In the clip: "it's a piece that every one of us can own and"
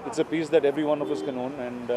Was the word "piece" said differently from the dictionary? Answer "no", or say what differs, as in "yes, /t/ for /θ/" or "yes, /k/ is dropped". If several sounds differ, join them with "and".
no